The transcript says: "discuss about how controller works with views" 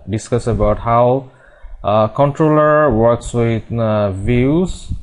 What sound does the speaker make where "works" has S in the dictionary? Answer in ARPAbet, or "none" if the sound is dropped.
S